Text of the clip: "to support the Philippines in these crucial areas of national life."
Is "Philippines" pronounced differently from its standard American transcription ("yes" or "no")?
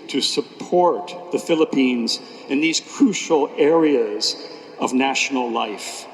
no